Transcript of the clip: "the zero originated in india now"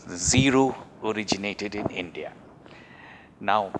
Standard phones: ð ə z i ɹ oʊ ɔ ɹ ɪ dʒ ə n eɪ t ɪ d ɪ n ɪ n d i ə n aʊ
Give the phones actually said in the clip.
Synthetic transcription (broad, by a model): z i ɹ oʊ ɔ ɹ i dʒ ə n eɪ t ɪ d ɪ n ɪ n d i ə n aʊ